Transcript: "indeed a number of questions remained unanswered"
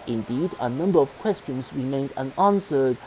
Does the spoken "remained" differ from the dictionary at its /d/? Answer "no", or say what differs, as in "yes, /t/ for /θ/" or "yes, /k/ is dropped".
no